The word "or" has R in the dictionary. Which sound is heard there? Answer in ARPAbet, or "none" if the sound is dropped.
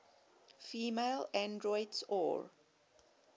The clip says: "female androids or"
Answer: R